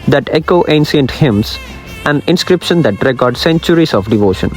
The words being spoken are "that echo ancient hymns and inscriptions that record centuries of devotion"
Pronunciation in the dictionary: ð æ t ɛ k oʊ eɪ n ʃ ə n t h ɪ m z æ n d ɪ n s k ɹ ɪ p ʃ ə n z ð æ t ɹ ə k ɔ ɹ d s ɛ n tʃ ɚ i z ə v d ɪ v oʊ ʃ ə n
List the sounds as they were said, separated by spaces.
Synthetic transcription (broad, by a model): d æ t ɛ k oʊ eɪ n s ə n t h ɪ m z æ n d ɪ n s k ɹ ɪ p ʃ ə n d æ t ɹ ə k ɔ ɹ d s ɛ n tʃ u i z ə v d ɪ v oʊ ʃ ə n